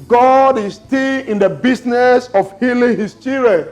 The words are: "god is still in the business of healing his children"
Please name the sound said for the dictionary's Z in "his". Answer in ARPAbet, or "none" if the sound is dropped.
S